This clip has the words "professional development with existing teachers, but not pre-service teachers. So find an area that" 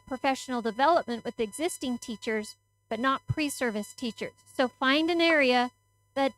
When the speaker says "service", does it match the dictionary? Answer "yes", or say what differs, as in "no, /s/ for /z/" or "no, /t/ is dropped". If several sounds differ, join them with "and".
yes